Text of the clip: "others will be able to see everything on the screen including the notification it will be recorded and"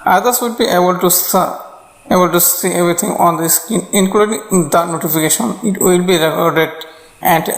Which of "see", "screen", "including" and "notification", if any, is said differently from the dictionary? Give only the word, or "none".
screen